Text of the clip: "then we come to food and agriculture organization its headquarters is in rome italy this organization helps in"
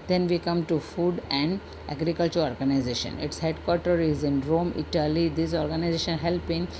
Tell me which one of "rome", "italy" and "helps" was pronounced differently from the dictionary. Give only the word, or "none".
helps